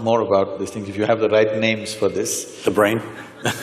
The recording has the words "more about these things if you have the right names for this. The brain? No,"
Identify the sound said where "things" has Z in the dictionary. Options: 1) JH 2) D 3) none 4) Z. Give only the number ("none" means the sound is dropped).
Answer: 3